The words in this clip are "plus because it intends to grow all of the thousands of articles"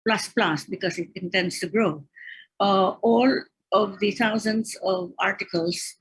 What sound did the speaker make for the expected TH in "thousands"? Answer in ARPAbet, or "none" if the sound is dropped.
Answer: T